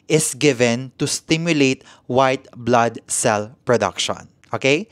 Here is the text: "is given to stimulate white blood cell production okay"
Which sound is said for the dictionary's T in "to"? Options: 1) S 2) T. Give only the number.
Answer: 2